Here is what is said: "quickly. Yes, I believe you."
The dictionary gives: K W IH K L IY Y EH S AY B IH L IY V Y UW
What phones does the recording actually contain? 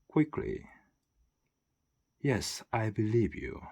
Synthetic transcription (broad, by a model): K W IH K L IY Y EH S AY B IH L IY V Y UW